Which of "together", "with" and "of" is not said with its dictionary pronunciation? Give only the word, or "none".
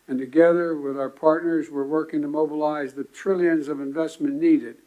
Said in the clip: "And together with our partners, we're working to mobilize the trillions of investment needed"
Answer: none